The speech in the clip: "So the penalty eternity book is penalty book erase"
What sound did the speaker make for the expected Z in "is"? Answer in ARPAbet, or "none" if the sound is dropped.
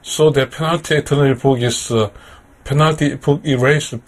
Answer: S